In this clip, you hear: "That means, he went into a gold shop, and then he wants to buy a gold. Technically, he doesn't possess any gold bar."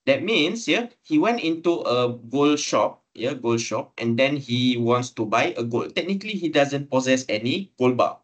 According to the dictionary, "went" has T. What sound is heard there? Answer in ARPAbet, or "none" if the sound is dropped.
T